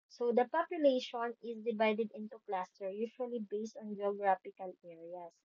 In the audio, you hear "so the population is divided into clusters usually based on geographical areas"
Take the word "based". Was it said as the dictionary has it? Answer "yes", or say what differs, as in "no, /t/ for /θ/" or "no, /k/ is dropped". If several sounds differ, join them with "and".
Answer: yes